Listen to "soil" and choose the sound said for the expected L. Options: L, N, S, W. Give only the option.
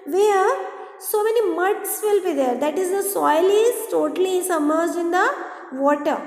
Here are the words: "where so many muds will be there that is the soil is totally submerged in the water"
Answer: L